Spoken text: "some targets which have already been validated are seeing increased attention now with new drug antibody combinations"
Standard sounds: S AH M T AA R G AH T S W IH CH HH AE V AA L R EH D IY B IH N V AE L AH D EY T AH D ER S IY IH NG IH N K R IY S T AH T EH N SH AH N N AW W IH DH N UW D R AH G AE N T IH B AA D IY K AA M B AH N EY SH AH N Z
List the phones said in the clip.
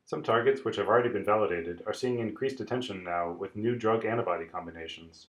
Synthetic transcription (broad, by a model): S AH M T AA R G AH T S W IH CH HH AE V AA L R EH D IY B IH N V AE L AH D EY T AH D ER S IY IH NG IH N K R IY S T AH T EH N SH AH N N AW W IH DH N UW D R AH G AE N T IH B AA D IY K AA M B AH N EY SH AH N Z